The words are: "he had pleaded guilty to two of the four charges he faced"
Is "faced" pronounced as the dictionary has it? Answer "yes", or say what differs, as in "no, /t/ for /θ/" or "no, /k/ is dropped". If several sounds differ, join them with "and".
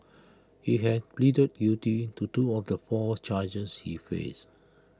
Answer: no, /t/ is dropped